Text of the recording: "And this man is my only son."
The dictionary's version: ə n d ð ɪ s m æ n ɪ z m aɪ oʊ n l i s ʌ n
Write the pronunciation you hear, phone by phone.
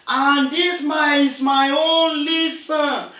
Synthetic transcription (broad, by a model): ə n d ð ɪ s m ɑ ɪ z m aɪ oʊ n l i s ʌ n